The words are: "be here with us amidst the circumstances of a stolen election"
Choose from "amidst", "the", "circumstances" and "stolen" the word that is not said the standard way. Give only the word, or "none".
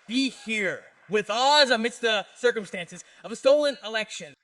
none